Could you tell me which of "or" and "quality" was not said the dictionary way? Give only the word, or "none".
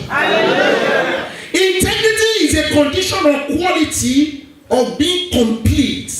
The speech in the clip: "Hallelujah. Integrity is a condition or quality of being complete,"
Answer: or